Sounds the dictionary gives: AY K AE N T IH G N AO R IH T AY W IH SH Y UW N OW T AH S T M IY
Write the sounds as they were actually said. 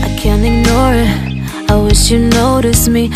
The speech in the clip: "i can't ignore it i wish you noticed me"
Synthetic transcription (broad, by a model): AY K AE N T IH G N AO R IH T AY W IH SH Y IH N OW T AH S M IY